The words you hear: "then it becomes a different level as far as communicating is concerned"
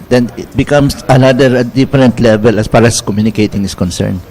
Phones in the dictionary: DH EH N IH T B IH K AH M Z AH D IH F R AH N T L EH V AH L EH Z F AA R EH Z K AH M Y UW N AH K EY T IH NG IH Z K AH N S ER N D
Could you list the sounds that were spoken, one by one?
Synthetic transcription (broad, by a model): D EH N IH T B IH K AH M S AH D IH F R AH N T L EH V AH L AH S F AA R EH S K AH M Y UW N AH K EY T IH NG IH S K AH N S ER N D